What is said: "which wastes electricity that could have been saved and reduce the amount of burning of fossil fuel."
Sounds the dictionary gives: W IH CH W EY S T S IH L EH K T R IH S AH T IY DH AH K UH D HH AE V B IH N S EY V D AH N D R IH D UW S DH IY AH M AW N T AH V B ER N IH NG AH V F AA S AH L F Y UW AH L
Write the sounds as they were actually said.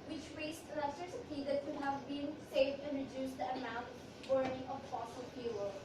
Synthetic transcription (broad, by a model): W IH CH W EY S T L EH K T IH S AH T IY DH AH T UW HH AE V B IH N S EY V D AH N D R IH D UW S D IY AH M AW N T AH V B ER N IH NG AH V F AA S AH L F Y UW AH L